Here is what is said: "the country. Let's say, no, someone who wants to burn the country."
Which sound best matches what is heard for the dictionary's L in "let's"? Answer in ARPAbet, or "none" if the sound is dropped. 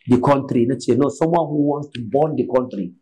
N